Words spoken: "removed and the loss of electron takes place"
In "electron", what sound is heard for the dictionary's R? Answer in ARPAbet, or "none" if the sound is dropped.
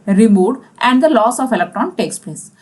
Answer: none